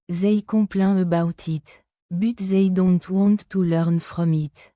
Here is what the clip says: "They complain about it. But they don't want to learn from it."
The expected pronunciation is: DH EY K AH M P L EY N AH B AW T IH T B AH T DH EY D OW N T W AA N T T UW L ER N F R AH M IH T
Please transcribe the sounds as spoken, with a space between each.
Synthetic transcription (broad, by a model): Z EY K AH P L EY AH B AW T IH T B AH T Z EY D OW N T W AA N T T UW L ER N F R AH M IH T